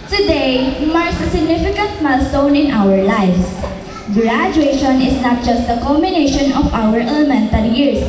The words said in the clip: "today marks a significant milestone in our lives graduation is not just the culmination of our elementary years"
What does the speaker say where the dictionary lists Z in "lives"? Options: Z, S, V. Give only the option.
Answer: S